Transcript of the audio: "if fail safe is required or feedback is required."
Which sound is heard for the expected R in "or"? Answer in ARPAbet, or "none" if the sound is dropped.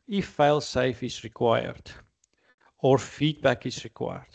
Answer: R